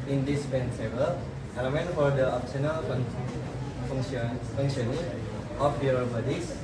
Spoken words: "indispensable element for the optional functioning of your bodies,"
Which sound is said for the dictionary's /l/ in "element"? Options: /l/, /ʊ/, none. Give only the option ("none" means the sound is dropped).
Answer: none